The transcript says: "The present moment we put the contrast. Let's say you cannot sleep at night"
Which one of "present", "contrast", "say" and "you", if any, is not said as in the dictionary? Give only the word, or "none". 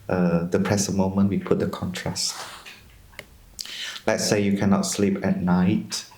present